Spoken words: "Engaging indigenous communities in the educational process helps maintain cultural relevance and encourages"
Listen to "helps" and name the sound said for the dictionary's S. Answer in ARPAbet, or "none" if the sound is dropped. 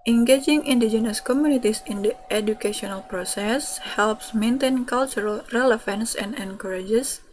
S